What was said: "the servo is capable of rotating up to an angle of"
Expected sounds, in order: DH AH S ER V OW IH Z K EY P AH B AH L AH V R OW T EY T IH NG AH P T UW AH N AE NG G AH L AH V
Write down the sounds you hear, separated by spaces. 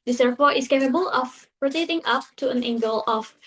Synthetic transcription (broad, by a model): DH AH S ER P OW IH S K EY P AH B AH L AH P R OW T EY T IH NG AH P T UW AH N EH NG G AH L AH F